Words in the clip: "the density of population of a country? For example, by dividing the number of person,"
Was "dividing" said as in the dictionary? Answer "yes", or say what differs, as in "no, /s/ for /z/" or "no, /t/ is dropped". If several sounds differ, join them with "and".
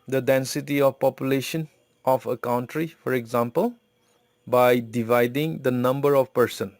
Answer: yes